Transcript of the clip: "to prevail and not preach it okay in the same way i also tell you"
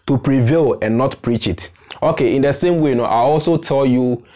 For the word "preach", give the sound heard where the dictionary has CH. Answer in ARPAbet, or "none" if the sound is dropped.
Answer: CH